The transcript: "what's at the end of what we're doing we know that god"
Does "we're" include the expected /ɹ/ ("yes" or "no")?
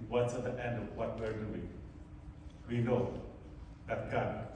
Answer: yes